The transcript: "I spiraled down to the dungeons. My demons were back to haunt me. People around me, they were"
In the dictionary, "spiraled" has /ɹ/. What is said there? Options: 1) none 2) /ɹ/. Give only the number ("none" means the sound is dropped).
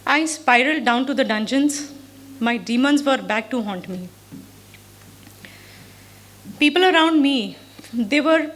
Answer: 2